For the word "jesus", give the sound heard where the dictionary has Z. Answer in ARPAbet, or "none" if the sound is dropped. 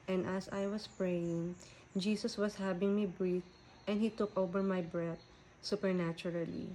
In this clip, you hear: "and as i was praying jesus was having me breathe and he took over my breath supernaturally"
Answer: S